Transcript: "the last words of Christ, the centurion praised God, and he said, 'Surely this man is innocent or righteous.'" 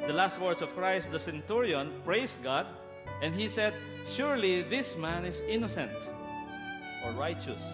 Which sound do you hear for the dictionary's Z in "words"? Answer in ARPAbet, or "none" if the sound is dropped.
S